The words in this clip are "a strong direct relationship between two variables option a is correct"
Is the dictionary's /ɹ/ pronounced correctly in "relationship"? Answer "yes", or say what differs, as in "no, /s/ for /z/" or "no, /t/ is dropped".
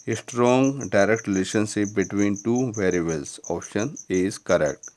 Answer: no, /l/ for /ɹ/